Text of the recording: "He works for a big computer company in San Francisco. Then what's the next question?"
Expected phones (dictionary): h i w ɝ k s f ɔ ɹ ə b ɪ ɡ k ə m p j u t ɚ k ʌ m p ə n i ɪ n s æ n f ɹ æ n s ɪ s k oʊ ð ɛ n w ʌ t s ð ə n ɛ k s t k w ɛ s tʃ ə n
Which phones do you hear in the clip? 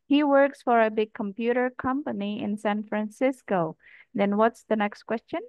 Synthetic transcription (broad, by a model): h i w ɝ k s f ɔ ɹ ə b ɪ ɡ k ə m p j u t ɚ k ʌ m p ə n i ɪ n s æ n f ɹ æ n s ɪ s k oʊ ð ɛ n w ʌ t s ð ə n ɛ k s t k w ɛ s tʃ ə n